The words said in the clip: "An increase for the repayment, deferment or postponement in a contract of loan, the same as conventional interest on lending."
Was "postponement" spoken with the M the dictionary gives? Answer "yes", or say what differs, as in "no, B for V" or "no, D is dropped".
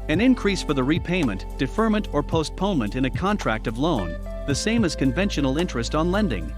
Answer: yes